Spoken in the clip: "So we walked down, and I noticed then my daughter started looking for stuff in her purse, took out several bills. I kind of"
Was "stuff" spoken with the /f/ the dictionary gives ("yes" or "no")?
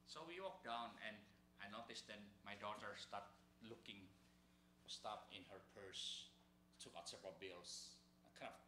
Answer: no